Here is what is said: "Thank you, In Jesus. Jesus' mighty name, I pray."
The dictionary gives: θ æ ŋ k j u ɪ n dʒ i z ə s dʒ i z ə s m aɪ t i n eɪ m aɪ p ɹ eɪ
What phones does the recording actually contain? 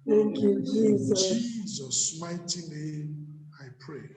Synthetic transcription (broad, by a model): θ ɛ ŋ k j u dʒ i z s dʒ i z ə s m aɪ t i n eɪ aɪ p ɹ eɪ